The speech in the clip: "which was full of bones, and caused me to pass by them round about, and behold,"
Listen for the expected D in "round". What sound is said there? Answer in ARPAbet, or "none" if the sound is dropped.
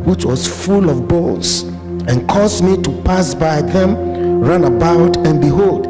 none